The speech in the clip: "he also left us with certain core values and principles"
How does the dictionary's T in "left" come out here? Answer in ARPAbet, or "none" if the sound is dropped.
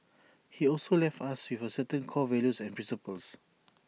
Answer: T